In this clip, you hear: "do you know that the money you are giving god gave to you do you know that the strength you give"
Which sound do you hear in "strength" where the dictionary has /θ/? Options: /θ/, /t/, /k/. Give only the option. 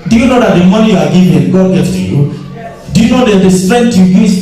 /t/